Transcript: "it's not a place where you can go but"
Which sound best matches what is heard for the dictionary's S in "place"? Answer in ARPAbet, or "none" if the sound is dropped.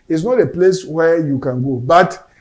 S